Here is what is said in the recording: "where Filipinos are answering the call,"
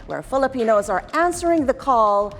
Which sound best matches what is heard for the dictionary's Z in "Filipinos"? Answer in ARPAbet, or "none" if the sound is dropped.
Z